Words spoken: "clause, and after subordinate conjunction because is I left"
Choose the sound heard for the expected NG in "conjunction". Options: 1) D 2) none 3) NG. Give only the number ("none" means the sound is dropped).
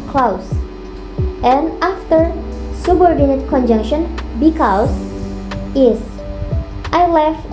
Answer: 3